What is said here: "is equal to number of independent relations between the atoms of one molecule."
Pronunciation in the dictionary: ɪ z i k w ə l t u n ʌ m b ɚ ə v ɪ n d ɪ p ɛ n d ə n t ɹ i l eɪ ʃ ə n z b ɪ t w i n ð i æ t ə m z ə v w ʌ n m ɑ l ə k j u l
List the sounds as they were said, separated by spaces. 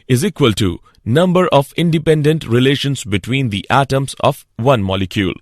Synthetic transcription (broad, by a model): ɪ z i k w ə l t u n ʌ m b ɚ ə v ɪ n d ɪ p ɛ n d ə n t ɹ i l eɪ ʃ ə n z b ɪ t w i n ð i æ t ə m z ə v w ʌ n m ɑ l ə k j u l